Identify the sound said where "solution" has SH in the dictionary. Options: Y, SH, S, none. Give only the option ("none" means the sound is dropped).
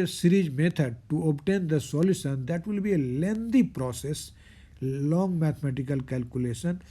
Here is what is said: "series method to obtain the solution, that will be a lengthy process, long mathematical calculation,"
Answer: S